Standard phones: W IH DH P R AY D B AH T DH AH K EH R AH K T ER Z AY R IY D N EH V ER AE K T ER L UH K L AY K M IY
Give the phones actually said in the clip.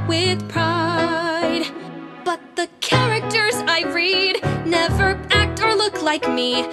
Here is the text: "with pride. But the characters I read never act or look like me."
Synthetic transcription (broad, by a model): W IH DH P R AY D B AH T DH AH K EH R AH K T ER Z AY R IY D N EH V ER AE K T ER L UH K L AY K M IY